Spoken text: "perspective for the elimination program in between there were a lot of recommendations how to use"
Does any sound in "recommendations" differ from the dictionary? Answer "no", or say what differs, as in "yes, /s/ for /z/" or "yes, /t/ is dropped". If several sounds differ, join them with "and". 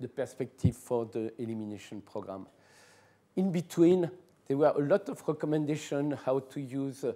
yes, /z/ is dropped